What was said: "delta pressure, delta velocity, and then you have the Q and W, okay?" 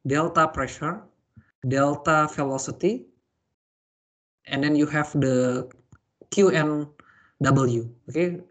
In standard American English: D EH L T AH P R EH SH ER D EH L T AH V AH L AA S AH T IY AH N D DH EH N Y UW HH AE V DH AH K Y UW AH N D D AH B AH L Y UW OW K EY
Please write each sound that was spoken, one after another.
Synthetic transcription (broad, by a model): D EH L T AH P R EH SH ER D EH L T AH F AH L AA S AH T IY AH N D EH N Y UW HH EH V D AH K Y UW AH N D D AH B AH L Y UW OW K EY